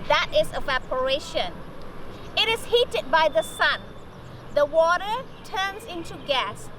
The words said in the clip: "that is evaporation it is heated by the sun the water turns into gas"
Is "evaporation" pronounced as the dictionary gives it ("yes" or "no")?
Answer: yes